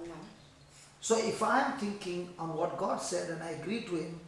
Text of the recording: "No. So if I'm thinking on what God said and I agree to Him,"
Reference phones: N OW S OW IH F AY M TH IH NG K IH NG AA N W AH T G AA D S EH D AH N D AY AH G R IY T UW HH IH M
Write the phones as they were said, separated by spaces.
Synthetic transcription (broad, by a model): S OW IH F AY M T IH NG K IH NG AA N W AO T G AA D S EH D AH N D AY AH G R IY T UW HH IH M